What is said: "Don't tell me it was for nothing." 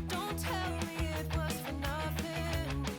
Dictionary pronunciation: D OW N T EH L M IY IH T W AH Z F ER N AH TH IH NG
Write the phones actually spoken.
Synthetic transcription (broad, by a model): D OW N T EH L M IY IH T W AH S F ER N AH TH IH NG